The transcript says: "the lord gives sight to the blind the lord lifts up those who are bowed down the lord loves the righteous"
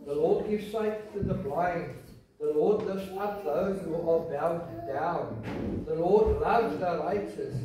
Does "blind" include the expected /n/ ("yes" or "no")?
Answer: yes